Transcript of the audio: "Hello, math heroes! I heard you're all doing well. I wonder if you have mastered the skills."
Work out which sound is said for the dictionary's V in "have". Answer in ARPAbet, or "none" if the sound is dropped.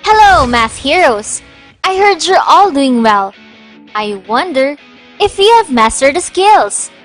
V